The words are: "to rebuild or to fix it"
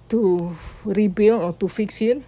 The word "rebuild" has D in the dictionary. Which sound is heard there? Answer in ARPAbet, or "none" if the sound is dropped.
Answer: none